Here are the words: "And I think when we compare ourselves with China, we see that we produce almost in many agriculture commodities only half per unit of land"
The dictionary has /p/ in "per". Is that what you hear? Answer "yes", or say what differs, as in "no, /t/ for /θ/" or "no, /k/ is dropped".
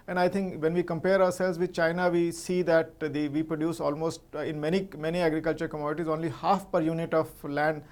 yes